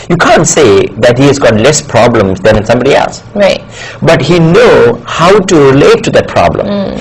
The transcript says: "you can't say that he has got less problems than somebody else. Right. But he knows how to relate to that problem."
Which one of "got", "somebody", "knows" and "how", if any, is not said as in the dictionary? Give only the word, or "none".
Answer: knows